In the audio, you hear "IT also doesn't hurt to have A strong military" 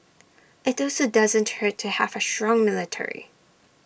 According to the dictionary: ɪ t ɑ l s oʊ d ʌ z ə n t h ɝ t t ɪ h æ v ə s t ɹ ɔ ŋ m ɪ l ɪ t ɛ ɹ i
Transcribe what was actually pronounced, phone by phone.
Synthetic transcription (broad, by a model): ɪ t ɑ l s oʊ d ʌ z ə n t h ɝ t t ɪ h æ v ə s t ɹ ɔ ŋ m ɪ l ɪ t ɛ ɹ i